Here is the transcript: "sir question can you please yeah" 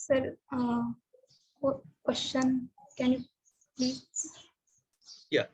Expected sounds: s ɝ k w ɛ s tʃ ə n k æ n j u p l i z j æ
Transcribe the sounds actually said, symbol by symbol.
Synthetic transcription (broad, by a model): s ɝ k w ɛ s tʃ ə n k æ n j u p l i j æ